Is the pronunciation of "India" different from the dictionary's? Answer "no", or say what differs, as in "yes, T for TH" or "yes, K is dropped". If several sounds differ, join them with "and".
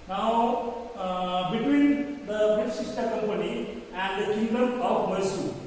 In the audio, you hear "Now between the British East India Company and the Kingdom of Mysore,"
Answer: yes, N is dropped